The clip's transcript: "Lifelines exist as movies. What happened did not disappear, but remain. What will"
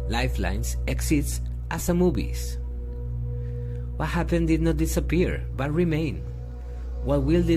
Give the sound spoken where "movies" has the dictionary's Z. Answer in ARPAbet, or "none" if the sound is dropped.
S